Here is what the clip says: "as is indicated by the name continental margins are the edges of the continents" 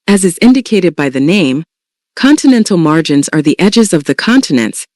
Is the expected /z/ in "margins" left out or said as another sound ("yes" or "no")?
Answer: no